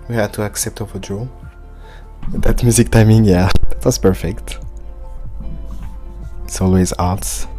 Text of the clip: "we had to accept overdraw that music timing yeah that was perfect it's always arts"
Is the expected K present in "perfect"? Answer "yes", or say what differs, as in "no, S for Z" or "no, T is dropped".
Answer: yes